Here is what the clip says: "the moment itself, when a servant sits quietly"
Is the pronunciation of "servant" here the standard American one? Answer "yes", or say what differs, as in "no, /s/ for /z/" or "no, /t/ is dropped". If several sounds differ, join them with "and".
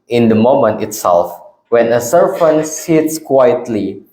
no, /f/ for /v/